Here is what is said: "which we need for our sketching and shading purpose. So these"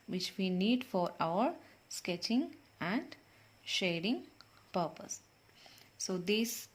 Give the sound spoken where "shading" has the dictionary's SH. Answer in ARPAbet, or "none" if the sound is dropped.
SH